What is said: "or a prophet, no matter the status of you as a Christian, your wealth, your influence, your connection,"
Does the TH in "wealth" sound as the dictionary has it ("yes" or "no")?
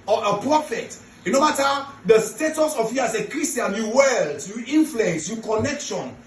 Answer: no